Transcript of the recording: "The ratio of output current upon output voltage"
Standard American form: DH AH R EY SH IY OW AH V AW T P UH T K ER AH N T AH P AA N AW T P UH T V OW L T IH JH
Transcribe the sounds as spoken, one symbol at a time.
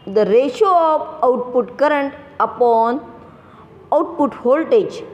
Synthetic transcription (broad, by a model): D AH R EY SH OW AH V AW T P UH T K ER AH N T AH P AA N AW T P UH T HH OW L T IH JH